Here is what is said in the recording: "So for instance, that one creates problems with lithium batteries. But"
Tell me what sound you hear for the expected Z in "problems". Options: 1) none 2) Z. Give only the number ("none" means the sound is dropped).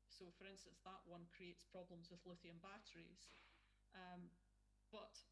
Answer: 2